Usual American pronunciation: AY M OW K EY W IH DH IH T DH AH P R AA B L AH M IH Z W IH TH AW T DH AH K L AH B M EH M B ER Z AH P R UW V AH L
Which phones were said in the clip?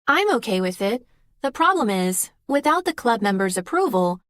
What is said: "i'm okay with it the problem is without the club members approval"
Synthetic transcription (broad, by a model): AY M OW K EY W IH DH IH T DH AH P R AA B L AH M IH Z W IH TH AW T DH AH K L AH B M EH M B ER Z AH P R UW V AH L